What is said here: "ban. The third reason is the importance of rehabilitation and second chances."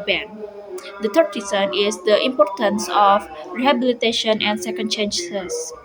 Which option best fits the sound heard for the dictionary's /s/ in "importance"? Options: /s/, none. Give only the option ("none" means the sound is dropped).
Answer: /s/